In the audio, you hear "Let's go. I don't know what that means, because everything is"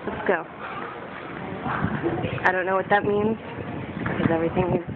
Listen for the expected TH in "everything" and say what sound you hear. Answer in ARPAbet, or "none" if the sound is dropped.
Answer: TH